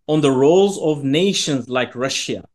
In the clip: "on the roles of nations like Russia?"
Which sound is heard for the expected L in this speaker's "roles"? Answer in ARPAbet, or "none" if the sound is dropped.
L